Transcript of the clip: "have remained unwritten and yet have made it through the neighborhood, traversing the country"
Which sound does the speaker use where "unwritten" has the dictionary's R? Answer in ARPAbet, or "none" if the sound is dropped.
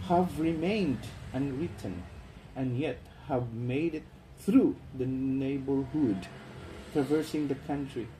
R